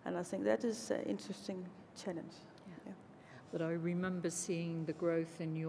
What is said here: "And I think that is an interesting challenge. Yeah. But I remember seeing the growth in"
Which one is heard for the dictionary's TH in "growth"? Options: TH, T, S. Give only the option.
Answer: TH